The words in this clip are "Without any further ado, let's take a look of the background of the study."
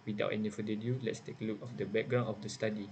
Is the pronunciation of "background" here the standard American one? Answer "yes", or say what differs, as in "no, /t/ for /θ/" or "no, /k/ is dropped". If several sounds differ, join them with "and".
no, /d/ is dropped